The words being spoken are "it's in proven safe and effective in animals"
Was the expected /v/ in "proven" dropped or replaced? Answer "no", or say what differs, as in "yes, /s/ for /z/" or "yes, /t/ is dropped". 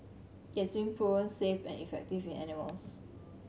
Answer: yes, /v/ is dropped